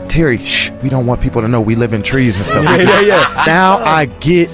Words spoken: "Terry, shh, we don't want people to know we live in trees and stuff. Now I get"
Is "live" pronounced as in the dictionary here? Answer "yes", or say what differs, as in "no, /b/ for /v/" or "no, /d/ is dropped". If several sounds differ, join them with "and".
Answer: yes